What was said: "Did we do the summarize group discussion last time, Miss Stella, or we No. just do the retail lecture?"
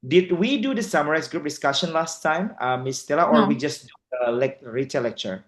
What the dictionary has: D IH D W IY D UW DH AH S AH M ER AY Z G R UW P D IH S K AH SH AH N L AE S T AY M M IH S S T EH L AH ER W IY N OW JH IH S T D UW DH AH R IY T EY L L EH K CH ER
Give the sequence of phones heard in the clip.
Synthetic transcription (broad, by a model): D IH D W IY D UW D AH S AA M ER AY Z G R UW P D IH S K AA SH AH N L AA S T AY M M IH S S T EH L AH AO W IY JH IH S D UW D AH L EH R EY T L EH K CH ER